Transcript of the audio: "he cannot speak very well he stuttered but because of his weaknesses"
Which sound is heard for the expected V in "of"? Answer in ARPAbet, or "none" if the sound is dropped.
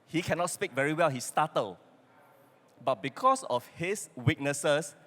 F